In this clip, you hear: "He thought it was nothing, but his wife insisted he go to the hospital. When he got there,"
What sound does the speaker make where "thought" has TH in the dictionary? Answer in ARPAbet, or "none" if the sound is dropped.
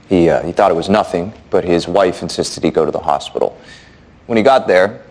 TH